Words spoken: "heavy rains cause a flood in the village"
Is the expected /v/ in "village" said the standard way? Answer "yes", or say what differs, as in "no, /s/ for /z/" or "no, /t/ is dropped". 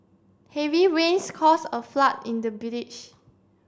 no, /b/ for /v/